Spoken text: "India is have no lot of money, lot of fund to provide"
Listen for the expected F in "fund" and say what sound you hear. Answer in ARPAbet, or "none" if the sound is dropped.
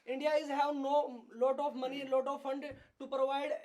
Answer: F